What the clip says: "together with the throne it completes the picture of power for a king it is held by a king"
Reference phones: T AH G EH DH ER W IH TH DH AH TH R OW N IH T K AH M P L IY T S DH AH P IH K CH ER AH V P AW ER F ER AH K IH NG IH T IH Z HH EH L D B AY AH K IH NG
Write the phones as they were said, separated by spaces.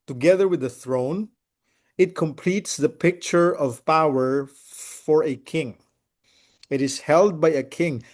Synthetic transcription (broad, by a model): T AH G EH DH ER W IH DH AH TH R OW N IH T K AH M P L IY T S DH AH P IH K CH ER AH V P AW ER F ER AH K IH NG IH T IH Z HH EH L D B AY AH K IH NG